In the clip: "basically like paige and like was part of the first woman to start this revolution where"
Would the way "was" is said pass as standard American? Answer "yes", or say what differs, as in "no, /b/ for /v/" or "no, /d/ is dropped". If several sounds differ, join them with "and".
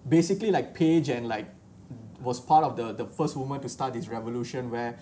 no, /s/ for /z/